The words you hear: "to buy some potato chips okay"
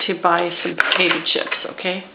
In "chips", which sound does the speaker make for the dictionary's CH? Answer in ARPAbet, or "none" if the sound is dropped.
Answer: SH